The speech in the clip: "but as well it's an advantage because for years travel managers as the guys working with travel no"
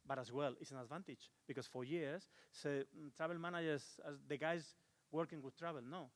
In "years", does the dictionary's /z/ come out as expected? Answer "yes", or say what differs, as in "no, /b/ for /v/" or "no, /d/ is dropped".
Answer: no, /s/ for /z/